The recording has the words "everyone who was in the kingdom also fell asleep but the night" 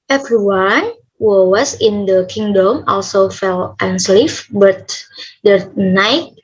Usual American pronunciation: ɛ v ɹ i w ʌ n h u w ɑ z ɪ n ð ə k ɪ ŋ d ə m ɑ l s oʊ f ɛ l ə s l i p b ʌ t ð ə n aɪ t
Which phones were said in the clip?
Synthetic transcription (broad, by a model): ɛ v ɹ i w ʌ n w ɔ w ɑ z ɪ n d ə k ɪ ŋ d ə m ɑ l s oʊ f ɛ l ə s l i f b ʌ t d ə n aɪ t